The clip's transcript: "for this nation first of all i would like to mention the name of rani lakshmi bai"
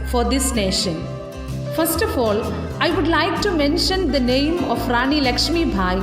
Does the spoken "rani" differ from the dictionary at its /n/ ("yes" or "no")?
no